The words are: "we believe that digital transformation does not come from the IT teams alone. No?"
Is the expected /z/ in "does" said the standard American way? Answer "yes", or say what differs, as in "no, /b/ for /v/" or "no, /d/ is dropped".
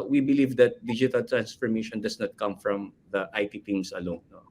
no, /s/ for /z/